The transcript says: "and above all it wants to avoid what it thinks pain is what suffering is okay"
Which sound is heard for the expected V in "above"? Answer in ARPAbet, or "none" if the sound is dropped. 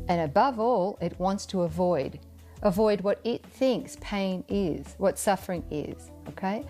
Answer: V